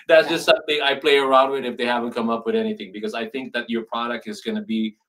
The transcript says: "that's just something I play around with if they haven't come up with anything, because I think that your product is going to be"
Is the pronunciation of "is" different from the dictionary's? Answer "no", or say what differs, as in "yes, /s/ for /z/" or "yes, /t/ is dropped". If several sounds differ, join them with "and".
no